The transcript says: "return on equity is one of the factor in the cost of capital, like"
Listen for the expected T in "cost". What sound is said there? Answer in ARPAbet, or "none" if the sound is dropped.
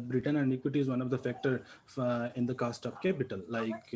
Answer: T